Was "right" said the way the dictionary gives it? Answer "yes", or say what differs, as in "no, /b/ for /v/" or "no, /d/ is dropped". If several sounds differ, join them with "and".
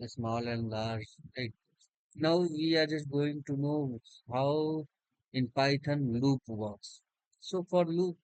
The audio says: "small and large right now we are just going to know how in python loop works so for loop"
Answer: no, /l/ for /ɹ/